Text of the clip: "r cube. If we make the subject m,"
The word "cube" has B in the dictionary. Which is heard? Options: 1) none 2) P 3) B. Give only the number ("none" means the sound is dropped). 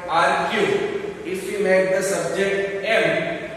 1